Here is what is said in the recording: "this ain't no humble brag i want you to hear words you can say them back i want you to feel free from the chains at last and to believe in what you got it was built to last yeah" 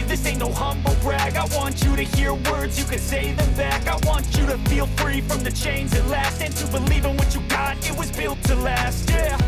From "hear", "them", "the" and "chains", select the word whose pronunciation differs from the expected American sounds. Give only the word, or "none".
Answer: none